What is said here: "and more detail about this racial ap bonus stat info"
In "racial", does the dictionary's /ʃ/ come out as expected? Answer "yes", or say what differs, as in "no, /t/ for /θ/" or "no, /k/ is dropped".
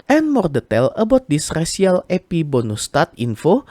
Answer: no, /s/ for /ʃ/